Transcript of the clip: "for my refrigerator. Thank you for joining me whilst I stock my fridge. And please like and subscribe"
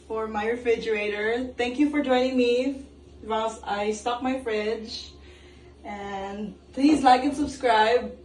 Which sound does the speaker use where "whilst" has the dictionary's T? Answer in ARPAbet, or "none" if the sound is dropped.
none